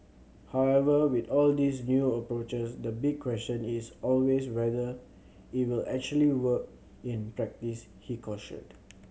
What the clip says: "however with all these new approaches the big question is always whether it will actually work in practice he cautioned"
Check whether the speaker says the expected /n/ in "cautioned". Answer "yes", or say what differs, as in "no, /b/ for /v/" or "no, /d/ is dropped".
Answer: no, /n/ is dropped